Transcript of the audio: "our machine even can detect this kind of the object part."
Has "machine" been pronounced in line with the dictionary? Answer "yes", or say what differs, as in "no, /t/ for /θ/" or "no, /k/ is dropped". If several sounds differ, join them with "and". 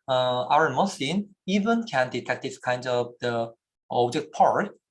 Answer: no, /s/ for /ʃ/